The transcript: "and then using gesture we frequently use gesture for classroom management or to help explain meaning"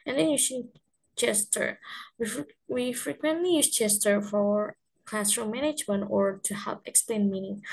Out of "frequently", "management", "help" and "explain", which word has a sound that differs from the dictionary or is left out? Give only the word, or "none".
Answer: none